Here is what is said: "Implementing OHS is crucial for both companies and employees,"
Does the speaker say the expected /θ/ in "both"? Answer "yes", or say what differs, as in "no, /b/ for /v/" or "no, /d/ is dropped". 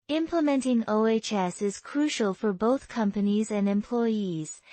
yes